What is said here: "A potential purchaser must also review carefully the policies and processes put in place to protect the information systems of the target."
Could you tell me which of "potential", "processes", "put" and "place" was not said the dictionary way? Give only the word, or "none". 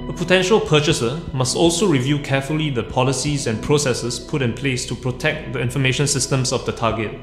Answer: processes